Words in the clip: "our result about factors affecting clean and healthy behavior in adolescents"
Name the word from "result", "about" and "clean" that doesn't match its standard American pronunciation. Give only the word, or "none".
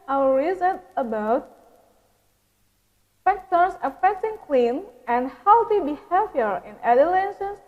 result